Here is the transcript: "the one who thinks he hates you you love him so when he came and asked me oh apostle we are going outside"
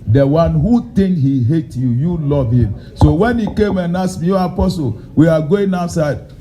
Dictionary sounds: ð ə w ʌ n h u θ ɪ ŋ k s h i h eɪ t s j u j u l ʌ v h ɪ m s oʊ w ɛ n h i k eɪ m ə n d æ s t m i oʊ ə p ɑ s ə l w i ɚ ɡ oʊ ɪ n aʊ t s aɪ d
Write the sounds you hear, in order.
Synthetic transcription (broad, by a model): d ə w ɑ n h u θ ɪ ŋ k h i h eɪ t j u j u l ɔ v h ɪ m s oʊ w ɛ n h i k eɪ m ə n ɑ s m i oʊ ə p ɑ s ə l w i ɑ ɡ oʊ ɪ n aʊ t s aɪ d